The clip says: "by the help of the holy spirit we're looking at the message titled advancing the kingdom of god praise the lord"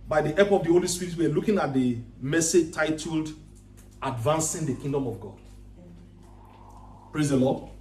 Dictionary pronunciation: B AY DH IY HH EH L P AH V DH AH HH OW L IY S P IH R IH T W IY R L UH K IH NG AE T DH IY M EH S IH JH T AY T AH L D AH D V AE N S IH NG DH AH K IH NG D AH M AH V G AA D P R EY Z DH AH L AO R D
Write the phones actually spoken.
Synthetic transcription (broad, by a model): B AY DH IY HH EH P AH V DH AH HH OW L IY S P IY R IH T W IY W L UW K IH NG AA T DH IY M EH S IH JH T AY T AH L D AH D V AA N S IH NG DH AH K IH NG D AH M AH V G AA D P R EY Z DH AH L AO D